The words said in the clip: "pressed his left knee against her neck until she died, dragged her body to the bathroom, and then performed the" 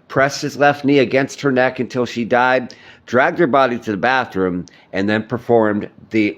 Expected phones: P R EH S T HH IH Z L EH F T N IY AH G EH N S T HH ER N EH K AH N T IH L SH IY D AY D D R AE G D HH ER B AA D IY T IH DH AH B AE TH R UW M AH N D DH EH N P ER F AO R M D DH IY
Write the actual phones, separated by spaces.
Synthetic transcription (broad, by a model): P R EH S T HH IH Z L EH F T N IY AH G EH N S T HH ER N EH K AH N T IH L SH IY D AY D D R AE G D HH ER B AA D IY T IH DH AH B AE TH R UW M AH N DH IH N P ER F AO R M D DH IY